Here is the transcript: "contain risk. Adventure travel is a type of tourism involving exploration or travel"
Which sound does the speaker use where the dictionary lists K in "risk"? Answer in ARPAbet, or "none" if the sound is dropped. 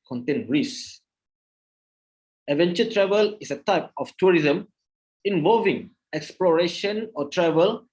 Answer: none